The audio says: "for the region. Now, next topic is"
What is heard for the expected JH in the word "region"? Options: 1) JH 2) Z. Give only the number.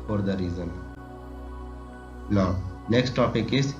2